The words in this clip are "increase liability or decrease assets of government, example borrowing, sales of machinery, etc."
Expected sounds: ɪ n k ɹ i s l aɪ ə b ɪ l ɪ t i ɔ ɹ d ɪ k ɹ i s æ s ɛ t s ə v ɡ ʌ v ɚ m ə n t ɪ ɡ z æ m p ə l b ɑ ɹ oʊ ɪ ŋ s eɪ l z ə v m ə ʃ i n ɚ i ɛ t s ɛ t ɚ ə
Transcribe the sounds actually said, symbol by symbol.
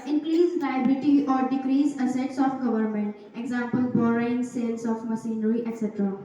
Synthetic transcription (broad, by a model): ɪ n k ɹ i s l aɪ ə b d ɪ t i ɔ ɹ d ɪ k ɹ i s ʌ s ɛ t s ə f ɡ ʌ v ɚ m ə n t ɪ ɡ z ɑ m p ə l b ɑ ɹ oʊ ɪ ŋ s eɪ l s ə f m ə s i n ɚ i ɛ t s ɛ t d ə